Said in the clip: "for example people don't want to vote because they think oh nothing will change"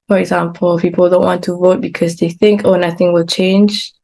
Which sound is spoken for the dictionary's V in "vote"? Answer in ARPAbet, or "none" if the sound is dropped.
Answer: V